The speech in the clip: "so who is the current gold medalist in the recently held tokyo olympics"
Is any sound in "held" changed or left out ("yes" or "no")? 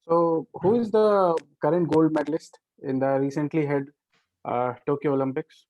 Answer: yes